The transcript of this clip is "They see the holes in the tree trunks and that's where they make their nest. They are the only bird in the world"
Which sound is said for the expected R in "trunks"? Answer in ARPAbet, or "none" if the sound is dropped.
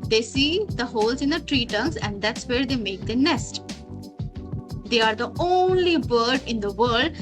none